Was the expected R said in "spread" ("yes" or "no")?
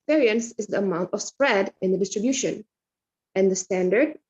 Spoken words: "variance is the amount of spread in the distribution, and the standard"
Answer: yes